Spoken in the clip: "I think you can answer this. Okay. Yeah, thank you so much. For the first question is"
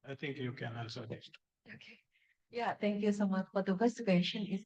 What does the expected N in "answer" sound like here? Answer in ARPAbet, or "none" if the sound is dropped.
L